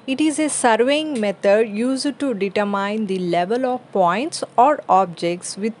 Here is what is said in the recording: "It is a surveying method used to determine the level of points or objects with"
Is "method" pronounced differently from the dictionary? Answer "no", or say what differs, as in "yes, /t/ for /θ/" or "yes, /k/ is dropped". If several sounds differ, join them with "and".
yes, /t/ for /θ/